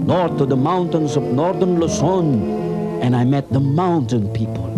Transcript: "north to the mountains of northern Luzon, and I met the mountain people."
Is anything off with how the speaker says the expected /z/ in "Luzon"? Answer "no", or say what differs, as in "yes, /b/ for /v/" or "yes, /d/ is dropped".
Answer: yes, /s/ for /z/